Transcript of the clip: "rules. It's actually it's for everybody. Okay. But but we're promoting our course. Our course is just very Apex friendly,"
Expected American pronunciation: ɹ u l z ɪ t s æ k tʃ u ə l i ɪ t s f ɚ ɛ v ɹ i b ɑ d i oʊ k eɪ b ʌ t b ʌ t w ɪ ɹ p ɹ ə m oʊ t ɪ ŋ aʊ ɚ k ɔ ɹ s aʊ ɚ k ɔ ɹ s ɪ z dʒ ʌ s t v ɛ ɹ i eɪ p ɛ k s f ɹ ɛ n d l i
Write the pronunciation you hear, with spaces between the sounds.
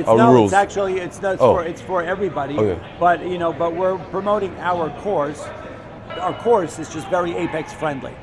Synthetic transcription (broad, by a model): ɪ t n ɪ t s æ k tʃ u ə n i ɪ t s f ɚ ɛ v ɹ i b ɑ d i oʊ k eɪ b ʌ t b ʌ t w ɪ ɹ p ɹ ə m oʊ t ɪ ŋ aʊ ɚ k ɔ ɹ s aʊ ɚ k ɔ ɹ s ɪ z dʒ ʌ s t v ɛ ɹ i eɪ p ɛ k s f ɹ ɛ n d l i